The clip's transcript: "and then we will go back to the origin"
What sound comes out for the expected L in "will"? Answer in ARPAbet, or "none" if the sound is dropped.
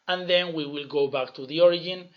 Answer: L